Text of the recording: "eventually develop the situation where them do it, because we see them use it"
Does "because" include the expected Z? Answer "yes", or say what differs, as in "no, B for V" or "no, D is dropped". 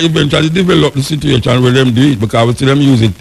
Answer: no, Z is dropped